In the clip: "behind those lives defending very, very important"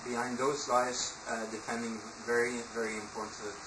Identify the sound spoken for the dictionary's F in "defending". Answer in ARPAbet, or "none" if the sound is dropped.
P